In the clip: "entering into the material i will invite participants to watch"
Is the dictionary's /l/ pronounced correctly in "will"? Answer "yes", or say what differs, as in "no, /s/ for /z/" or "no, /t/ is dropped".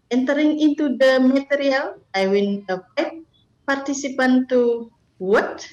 no, /n/ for /l/